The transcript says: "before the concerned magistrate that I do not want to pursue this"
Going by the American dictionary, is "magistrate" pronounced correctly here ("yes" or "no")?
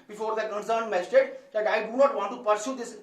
no